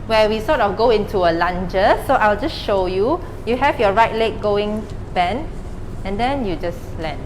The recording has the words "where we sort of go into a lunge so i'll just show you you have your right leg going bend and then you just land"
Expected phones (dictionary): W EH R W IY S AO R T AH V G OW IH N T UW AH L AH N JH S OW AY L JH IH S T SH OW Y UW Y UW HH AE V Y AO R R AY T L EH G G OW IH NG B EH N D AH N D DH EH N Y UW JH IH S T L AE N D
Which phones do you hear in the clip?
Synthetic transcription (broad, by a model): W EH W IY S AO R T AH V G OW IH N T UW AH L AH N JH S OW AY L JH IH S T SH OW Y UW Y UW HH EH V Y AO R R AY T L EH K G OW IH NG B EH N AH N D EH N Y UW JH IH S L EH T